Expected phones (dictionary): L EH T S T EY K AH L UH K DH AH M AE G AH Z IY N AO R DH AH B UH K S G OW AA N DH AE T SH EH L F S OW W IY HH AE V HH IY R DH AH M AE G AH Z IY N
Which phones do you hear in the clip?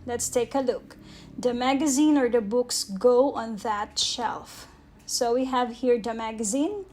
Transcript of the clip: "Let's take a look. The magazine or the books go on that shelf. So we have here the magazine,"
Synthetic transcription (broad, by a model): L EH T S T EY K AH L UH K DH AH M AE G AH Z IY N AO R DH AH B UH K S G OW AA N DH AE T SH EH L F S OW W IY HH AE V HH IY R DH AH M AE G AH Z IY N